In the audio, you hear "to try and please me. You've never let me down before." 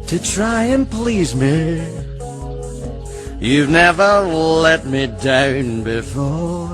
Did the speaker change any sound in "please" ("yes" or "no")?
no